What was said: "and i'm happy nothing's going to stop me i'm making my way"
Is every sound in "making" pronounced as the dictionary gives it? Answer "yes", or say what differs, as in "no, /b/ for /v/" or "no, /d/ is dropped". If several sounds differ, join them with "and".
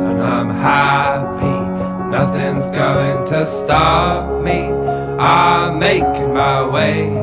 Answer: no, /k/ is dropped